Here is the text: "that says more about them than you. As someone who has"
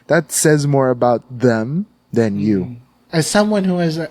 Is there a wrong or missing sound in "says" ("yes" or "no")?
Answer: no